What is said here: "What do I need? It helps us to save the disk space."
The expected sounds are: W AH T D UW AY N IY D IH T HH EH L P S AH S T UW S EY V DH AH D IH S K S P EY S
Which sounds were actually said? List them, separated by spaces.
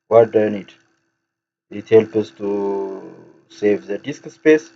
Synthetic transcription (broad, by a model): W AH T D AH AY N IY D IH T HH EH L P AH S T UW S EY V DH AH D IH S K S P EY S